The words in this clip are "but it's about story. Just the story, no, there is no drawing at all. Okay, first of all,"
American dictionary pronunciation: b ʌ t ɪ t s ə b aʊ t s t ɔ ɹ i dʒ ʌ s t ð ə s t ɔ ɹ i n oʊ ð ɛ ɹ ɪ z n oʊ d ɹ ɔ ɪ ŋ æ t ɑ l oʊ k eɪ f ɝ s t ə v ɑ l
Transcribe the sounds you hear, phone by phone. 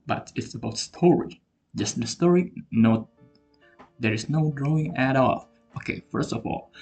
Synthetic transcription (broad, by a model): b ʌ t ɪ t s ə b aʊ t s t ɔ ɹ i dʒ ʌ s t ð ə s t ɔ ɹ i n oʊ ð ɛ ɹ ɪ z n oʊ d ɹ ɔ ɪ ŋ æ t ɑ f oʊ k eɪ f ɝ s t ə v ɑ l